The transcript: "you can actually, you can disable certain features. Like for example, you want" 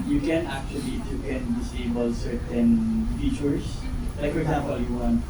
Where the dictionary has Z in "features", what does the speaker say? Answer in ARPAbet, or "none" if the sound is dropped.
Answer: S